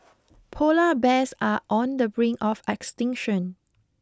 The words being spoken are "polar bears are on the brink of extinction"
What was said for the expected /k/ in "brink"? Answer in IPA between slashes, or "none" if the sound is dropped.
none